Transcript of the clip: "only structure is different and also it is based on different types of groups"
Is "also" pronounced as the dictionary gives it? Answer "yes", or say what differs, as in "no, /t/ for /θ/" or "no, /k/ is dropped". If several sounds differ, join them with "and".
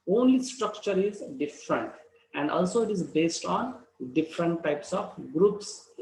yes